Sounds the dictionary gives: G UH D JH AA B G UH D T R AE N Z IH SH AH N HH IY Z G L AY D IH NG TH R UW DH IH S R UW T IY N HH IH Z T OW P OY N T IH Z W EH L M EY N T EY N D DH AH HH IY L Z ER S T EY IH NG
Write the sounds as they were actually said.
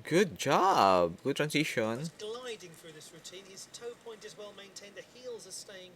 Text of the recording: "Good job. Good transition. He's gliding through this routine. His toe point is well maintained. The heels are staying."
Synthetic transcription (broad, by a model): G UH D JH AA B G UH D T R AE N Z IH SH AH N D L AY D IH NG TH R UW DH IH S R UW T IY N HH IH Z T OW P OY N T IH Z W EH L M EY N T EY N DH AH HH IY L Z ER S T EY IH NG